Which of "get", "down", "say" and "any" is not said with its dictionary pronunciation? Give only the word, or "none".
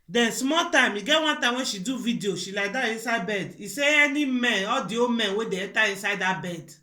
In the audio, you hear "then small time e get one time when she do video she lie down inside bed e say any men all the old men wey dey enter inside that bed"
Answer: down